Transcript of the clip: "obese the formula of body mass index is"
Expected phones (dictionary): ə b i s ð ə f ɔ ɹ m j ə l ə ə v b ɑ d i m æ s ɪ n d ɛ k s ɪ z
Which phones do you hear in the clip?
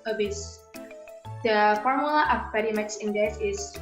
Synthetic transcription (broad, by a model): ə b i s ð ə f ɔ ɹ m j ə l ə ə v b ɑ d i m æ s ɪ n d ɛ s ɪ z